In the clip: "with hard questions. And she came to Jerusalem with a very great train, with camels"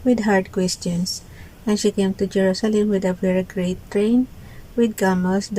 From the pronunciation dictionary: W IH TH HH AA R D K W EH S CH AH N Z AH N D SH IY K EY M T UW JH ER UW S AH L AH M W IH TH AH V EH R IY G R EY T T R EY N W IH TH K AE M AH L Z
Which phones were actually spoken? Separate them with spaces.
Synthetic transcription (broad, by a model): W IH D HH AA R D K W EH S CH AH N S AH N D SH IY K EY M T UW JH ER UW S AH L AH M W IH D AH V EH R IY G R EY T T R EY N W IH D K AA M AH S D